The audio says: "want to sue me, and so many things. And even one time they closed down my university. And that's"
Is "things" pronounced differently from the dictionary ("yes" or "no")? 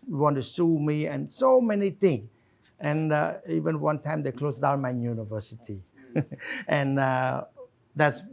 yes